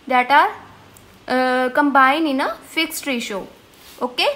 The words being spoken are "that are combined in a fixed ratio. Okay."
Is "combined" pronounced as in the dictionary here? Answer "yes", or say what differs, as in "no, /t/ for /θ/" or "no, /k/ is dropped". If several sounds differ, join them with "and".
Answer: no, /d/ is dropped